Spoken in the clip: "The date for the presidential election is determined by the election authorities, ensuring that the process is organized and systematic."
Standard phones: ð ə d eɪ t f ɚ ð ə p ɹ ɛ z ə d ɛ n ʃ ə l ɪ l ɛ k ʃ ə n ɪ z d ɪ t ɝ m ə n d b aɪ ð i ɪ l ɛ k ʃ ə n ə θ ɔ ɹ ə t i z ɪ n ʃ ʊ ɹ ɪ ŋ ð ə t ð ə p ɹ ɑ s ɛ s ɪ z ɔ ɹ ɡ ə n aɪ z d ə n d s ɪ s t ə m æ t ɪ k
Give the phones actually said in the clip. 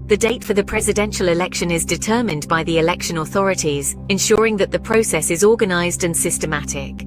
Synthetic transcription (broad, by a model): ð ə d eɪ t f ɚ ð ə p ɹ ɛ z ə d ɛ n ʃ ə l ɪ l ɛ k ʃ ə n ɪ z d ɪ t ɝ m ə n b aɪ ð i ɪ l ɛ k ʃ ə n ə θ ɔ ɹ ə t i z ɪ n ʃ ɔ ɹ ɪ ŋ ð ə t ð ə p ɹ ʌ s ɛ s ɪ z ɔ ɡ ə n aɪ z d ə n s ɪ s t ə m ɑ t ɪ k